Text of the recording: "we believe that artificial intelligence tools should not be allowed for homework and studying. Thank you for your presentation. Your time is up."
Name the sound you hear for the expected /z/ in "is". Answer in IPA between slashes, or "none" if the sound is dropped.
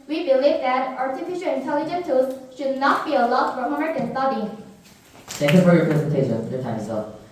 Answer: /s/